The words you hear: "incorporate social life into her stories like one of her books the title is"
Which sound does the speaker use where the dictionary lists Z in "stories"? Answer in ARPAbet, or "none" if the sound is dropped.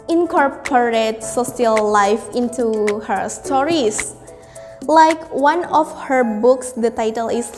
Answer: S